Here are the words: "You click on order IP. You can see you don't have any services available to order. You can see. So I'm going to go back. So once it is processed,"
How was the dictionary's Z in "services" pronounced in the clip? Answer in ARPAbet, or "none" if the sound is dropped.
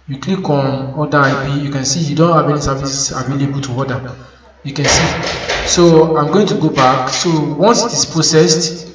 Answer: S